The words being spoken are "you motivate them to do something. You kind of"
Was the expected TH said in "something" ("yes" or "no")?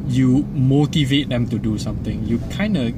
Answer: no